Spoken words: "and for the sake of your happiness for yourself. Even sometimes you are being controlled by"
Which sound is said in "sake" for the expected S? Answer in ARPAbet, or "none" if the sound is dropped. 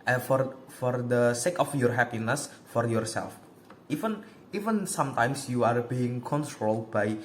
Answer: S